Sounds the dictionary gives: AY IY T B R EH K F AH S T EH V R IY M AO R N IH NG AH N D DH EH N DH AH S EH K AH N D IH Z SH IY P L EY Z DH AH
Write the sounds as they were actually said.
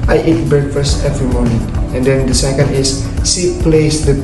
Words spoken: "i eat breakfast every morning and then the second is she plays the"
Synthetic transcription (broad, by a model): AY IY T B R EH K F AH S T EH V R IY M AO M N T AH N D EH N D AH S EH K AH N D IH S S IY P L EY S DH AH